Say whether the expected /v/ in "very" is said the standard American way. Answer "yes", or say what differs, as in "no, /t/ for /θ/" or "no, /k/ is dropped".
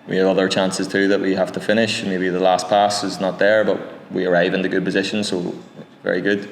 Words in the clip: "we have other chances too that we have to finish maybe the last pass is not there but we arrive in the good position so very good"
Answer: yes